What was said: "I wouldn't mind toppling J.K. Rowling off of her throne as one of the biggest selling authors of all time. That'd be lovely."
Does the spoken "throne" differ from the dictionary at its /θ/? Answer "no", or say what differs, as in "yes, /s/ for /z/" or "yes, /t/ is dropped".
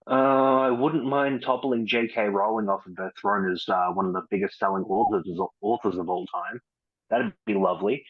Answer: no